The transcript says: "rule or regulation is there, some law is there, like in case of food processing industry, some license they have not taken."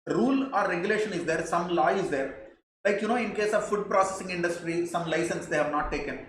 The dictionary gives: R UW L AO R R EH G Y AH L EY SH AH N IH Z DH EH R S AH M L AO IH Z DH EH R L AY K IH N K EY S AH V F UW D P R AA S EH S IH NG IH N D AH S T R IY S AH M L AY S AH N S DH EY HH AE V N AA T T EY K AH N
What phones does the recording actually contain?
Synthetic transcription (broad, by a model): R UW L AO R R EH G Y AH L EY SH AH N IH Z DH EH R S AH M L AO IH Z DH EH R L AY K IH N K EY S AH V F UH D P R AA S EH S IH NG IH N D AH S T R IY S AH M L AY S AH N S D EY HH AE V N AA T T EY K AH N